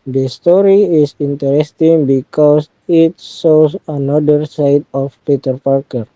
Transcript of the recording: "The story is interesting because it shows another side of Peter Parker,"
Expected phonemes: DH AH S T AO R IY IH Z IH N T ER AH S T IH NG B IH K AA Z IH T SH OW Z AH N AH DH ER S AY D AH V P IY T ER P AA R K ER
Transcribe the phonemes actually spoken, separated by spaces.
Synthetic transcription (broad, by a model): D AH S T AO R IY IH S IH N T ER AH S T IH NG B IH K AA S IH T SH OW S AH N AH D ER S AY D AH F P IY T ER P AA R K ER